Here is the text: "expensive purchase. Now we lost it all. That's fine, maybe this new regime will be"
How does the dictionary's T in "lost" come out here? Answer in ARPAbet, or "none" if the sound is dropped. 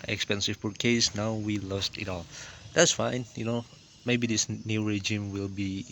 T